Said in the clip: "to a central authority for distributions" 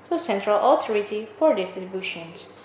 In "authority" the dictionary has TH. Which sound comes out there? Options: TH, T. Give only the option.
T